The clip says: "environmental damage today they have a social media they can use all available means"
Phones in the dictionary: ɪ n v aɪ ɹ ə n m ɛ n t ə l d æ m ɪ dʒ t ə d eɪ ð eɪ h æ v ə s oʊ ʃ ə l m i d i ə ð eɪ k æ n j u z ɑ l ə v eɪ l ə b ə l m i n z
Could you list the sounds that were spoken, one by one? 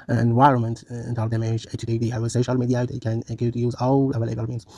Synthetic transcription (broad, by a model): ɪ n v aɪ ɹ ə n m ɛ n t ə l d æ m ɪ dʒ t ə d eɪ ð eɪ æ w ə s oʊ ʃ ə l m i d i ə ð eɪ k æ n j u z ɑ l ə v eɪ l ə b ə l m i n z